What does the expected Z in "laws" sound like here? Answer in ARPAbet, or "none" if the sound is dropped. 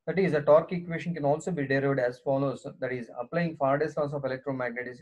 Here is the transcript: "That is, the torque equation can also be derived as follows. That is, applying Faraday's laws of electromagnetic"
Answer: S